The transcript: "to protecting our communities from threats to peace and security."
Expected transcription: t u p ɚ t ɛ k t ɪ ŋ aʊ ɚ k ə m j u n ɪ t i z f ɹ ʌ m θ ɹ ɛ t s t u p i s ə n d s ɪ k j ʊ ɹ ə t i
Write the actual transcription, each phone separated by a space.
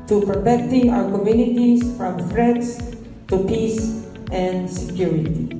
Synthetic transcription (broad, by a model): t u p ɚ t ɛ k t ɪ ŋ aʊ ɚ k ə m j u n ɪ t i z f ɹ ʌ m f ɹ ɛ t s t u p i s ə n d s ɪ k j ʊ ɹ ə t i